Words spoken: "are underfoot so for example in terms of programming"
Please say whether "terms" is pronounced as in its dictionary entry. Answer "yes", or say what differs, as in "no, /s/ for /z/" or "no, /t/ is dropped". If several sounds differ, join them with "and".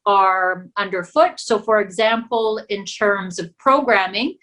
yes